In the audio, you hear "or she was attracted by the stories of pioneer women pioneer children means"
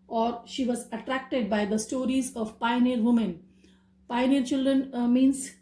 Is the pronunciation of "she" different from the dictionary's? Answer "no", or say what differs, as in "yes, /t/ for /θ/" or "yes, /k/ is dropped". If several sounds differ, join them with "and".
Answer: no